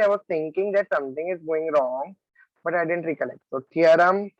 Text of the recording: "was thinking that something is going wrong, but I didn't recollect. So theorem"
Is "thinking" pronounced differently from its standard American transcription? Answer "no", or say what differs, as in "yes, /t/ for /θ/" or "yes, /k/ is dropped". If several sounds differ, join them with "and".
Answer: yes, /t/ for /θ/